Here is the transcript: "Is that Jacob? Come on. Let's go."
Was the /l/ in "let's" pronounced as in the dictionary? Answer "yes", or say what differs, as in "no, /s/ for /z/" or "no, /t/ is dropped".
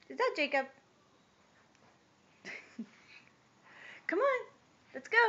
yes